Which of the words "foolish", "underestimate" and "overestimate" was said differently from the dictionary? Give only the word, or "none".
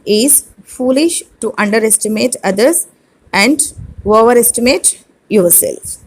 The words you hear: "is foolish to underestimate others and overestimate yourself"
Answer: none